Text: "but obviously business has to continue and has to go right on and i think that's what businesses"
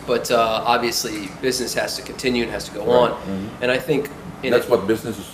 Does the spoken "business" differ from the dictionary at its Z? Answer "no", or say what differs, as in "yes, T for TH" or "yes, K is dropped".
no